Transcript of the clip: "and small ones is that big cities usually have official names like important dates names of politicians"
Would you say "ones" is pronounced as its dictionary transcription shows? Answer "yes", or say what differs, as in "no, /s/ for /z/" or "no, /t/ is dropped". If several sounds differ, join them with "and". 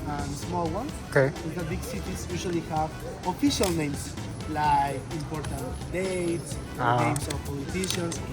no, /s/ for /z/